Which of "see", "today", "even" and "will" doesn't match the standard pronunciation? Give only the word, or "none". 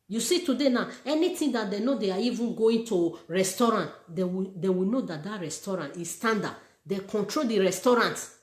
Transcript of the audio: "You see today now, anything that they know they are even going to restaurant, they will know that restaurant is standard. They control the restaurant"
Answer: will